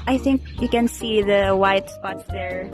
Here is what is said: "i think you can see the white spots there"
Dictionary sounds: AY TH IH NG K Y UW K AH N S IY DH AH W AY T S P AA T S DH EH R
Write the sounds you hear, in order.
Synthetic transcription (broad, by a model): AY TH IH NG K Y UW K AH N S IY DH AH W AY T S P AA T S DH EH R